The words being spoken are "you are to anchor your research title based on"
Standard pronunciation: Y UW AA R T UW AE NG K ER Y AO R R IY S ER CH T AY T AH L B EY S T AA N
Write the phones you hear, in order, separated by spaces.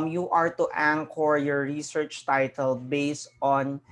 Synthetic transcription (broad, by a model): Y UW AA R T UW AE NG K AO Y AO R R IY S ER CH T AY T AH L B EY S T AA N